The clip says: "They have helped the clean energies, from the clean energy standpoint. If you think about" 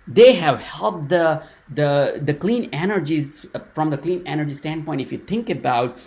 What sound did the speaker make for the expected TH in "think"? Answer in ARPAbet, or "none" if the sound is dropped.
T